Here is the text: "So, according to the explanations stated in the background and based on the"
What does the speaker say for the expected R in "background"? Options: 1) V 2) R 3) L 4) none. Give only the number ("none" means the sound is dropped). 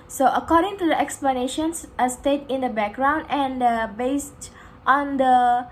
2